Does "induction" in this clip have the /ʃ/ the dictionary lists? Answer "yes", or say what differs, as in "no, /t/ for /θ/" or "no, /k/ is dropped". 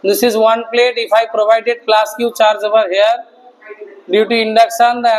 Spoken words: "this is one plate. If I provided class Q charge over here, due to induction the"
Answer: no, /s/ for /ʃ/